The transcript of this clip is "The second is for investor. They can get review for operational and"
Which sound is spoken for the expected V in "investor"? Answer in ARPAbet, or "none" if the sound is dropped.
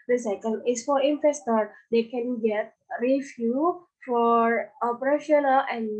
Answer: F